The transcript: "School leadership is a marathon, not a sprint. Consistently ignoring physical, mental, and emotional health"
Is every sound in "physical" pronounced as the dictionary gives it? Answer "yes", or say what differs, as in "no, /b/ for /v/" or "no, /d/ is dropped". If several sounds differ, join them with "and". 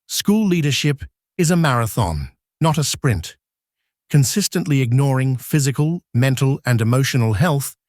yes